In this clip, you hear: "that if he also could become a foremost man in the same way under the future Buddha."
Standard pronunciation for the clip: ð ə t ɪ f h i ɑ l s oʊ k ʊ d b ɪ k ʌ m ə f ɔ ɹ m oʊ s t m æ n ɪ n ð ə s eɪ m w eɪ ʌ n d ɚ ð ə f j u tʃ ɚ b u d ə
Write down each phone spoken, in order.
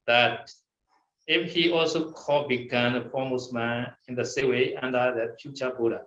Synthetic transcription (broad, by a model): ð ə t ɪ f h i ɑ l s oʊ k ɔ b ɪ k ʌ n ə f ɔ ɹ m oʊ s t m æ n ɪ n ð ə s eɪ w eɪ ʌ n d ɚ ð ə f j u tʃ ɚ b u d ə